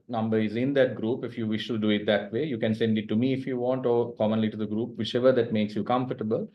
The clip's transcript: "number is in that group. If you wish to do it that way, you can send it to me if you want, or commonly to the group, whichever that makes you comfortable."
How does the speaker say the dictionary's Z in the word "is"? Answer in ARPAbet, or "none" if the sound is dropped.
Z